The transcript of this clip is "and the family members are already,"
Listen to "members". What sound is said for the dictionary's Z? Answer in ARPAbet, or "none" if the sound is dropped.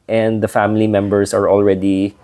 S